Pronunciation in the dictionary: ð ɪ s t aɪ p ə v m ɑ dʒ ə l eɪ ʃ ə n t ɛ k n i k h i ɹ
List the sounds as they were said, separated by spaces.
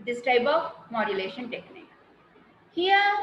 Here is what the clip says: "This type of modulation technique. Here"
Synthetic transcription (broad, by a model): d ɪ s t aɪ b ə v m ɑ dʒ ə l eɪ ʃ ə n t ɛ k n i k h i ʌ